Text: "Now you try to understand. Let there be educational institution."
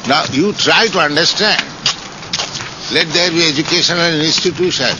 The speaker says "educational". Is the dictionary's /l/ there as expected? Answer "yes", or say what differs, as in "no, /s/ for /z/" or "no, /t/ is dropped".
no, /n/ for /l/